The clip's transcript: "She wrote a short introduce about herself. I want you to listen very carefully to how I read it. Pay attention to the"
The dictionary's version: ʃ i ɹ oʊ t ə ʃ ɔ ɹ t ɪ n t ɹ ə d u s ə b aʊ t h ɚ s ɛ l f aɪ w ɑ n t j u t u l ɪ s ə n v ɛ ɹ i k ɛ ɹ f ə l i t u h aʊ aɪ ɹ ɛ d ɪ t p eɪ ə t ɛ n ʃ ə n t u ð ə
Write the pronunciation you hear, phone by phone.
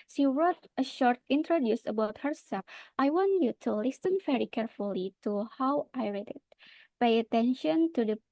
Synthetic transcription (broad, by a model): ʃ i ɹ oʊ t ə ʃ ɔ ɹ t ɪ n t ɹ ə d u s ə b aʊ t h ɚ s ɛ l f aɪ w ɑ n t j u t u l ɪ s ə n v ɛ ɹ i k ɛ ɹ f ə l i t u h aʊ aɪ ɹ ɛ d ɪ t p eɪ ə t ɛ n ʃ ə n t u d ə